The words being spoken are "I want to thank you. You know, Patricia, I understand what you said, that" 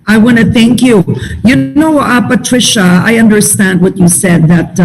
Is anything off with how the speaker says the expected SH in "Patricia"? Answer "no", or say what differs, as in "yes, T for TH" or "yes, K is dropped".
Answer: no